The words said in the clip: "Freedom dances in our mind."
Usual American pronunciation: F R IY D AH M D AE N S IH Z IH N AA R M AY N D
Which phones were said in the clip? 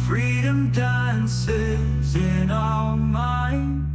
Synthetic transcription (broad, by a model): F R IY D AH M D AE N S IH Z IH N AA L M AY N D